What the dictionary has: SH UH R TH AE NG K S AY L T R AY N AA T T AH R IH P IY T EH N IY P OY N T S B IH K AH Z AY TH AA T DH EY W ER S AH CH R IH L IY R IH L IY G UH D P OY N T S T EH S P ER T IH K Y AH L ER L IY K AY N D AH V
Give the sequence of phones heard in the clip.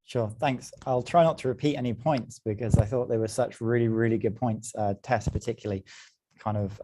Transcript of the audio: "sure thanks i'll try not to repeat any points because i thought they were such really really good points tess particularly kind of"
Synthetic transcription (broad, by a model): SH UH TH AE NG K S AY L T R AY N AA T T AH R IH P IY T EH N IY P OY N T S B IH K AH Z AY TH AA T DH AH W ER S AH CH R IH L IY R IH L IY G UH D P OY N T S T EH S P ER T IH K Y L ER L IY K AY N D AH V